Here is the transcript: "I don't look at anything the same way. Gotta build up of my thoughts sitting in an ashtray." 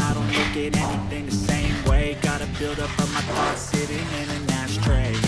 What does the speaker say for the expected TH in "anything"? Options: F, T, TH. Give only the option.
TH